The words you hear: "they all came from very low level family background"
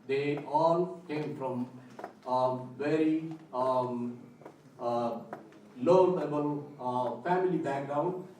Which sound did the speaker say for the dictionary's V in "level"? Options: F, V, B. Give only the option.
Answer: B